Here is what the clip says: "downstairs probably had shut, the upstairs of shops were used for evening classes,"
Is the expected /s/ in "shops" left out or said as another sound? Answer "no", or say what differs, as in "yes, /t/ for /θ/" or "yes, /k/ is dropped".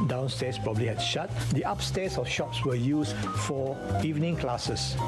no